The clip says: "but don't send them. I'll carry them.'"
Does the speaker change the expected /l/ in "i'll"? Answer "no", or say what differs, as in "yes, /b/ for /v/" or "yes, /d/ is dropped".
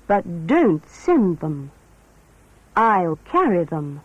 no